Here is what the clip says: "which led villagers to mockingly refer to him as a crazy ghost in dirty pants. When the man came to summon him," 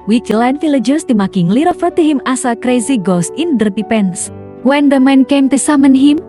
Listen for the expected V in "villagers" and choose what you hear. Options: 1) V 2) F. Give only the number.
2